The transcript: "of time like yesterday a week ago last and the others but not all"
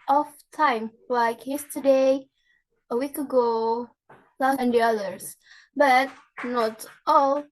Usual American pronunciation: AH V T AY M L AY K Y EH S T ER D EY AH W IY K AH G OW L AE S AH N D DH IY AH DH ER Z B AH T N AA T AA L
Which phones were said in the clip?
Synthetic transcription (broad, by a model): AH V T AY M L AY K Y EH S T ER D EY AH W IY K AH G OW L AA AH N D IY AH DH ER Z B AH T N AA T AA L